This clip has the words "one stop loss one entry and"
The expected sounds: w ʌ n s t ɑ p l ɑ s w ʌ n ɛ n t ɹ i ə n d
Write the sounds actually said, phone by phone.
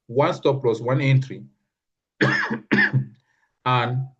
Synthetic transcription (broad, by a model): w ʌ n s t ɑ p l ɑ s w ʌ n ɛ n t ɹ i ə n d